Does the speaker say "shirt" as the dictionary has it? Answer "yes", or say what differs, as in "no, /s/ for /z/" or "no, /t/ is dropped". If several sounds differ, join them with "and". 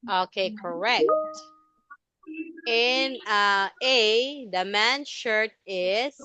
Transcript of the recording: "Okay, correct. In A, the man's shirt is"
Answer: yes